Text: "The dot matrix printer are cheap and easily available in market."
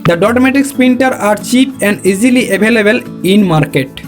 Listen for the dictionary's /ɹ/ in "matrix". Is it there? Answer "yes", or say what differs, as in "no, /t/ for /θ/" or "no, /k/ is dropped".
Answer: no, /ɹ/ is dropped